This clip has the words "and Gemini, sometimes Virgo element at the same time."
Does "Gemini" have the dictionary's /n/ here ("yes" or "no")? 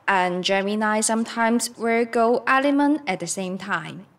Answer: yes